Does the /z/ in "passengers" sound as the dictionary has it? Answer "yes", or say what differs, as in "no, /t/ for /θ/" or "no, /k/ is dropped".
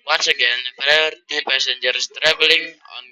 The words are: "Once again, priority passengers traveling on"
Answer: no, /s/ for /z/